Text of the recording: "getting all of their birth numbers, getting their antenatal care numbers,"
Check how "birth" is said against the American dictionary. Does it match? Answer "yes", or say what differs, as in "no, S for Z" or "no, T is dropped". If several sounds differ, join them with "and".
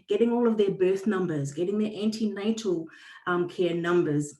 yes